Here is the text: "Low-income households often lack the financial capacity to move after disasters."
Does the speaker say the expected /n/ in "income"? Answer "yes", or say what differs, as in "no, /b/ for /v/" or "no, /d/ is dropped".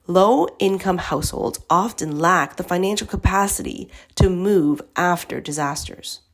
yes